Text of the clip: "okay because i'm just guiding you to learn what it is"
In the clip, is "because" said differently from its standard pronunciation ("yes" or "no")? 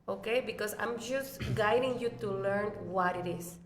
yes